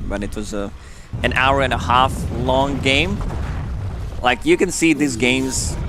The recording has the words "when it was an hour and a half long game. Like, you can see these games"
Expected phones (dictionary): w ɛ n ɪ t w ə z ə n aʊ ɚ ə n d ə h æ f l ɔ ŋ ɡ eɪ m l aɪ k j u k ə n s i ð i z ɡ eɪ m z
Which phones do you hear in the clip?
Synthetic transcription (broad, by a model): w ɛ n ɪ t w ə z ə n aʊ ɚ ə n ə h æ f l ɔ ŋ ɡ eɪ m l aɪ k j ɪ k ə n s i ð i z ɡ eɪ m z